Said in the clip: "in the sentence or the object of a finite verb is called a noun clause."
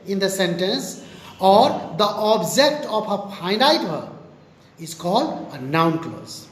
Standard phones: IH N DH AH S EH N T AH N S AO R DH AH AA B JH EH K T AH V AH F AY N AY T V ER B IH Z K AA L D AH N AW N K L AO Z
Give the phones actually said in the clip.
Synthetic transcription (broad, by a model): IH N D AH S EH N T AH N S AO R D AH AA B JH EH K T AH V AH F AY N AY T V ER IH Z K AA L D AH N AW N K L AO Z